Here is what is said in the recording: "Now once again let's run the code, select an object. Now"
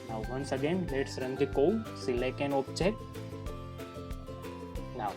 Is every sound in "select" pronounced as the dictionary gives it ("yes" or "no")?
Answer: no